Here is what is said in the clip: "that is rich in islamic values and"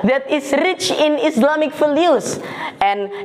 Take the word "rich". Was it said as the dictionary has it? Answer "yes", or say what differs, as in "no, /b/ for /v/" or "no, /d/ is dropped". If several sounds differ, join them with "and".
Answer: yes